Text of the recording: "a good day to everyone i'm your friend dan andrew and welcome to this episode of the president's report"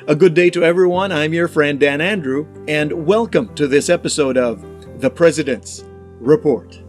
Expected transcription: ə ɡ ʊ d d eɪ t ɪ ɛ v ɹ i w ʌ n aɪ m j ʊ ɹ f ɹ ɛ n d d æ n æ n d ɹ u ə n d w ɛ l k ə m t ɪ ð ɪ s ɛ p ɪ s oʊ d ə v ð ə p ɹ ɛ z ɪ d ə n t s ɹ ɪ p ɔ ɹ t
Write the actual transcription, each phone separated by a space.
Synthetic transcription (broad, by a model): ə ɡ ʊ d d eɪ t ɪ ɛ v ɹ i w ʌ n aɪ m j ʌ ɹ f ɹ ɛ n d d æ n æ n d ɹ u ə n w ɛ l k ə m t ɪ ð ɪ s ɛ p ɪ s oʊ d ə v ð ə p ɹ ɛ z ɪ d ə n t s ɹ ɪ p ɔ ɹ t